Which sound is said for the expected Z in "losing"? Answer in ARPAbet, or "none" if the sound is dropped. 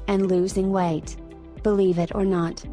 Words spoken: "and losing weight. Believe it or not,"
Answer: Z